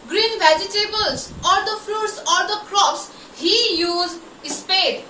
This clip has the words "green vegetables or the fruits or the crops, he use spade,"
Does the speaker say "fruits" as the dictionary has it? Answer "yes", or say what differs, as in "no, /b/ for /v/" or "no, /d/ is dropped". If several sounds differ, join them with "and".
no, /l/ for /ɹ/